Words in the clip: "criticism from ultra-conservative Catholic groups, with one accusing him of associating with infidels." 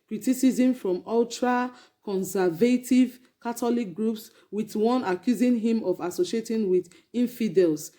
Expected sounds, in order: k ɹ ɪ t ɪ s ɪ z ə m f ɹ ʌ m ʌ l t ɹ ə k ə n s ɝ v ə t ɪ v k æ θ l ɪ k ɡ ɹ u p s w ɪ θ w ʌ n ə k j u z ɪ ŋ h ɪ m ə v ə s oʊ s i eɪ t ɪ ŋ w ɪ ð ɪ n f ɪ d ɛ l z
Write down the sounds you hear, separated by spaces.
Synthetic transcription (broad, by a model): k ɹ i t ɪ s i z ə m f ɹ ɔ m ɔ l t ɹ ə k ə n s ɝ v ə t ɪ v k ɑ t l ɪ k ɡ ɹ u p s w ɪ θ w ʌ n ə k j u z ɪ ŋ h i m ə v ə s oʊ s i eɪ t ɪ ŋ w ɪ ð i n f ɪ d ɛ l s